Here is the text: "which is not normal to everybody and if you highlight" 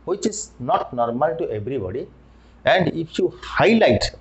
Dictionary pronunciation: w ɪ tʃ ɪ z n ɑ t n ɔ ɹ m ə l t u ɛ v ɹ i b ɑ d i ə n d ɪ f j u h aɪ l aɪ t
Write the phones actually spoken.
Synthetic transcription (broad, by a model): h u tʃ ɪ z n ɑ t n ɔ ɹ m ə l t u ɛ b ɹ i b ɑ d i ə n d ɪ p j u h aɪ l aɪ t